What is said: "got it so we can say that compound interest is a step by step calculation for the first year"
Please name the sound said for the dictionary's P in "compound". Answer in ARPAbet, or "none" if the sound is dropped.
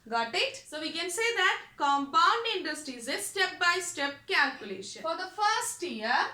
P